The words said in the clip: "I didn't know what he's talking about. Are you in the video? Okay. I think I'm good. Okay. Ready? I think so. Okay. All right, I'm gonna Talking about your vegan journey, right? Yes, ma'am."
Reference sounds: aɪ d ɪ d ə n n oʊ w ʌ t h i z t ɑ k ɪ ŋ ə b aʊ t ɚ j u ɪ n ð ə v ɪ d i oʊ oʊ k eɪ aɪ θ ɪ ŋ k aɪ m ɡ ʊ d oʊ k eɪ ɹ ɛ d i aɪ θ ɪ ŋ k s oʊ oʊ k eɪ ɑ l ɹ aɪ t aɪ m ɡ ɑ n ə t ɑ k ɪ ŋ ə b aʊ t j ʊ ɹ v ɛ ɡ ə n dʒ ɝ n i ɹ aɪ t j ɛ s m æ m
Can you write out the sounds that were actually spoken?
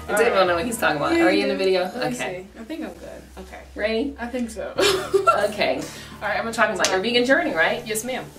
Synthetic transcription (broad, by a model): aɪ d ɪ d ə l n oʊ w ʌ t h i z t ɑ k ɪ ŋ ə b aʊ t ɚ j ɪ ɪ n ð ə v ɪ d i oʊ oʊ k eɪ aɪ θ ɪ ŋ k aɪ m ɡ ʊ d oʊ k eɪ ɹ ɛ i aɪ θ ɪ ŋ k s oʊ oʊ k eɪ ɑ l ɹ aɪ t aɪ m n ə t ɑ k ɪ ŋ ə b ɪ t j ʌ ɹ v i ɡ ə n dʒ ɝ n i ɹ aɪ t j ɛ s m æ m